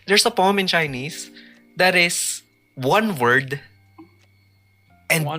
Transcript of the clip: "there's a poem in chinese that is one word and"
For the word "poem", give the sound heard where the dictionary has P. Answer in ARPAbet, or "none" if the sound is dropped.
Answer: P